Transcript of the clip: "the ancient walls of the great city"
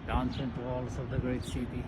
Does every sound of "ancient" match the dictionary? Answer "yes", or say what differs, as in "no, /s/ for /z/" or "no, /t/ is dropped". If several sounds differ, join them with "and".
no, /s/ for /ʃ/